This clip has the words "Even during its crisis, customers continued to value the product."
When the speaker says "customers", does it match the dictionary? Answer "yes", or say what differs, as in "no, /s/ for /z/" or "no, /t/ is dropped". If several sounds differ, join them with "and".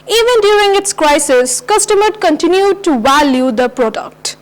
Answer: no, /z/ is dropped